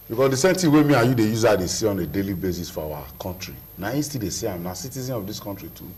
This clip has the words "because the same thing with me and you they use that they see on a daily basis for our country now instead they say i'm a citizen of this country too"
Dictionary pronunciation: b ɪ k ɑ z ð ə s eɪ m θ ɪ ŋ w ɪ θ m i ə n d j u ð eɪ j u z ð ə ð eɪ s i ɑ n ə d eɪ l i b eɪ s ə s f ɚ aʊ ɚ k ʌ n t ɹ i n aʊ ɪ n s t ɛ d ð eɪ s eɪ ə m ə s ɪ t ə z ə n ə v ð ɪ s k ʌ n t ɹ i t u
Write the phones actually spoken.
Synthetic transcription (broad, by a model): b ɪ k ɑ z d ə s eɪ m t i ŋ w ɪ m i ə j u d eɪ j u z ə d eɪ s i ɑ n ə d eɪ l i b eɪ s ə s f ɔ aʊ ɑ k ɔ n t ɹ i n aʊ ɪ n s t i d eɪ s eɪ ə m ə s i t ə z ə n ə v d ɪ s k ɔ n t ɹ i t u